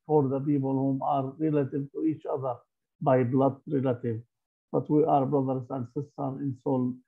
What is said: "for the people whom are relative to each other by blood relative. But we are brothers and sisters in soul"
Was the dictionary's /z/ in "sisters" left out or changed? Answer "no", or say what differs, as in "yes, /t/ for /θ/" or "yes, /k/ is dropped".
yes, /z/ is dropped